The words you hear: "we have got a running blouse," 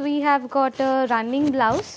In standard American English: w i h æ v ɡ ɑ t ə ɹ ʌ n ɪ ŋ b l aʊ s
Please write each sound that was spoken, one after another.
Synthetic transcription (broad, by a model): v i h æ v ɡ ɑ t ə ɹ ʌ n ɪ ŋ b l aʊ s